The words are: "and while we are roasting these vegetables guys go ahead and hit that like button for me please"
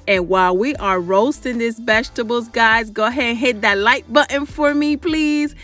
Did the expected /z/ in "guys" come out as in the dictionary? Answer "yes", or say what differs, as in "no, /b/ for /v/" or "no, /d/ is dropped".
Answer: yes